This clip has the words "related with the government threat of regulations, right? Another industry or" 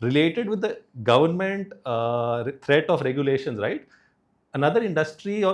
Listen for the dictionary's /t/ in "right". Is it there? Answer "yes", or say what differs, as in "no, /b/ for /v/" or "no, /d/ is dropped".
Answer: yes